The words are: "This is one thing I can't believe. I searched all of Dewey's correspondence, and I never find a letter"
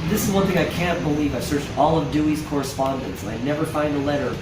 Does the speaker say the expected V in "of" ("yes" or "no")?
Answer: yes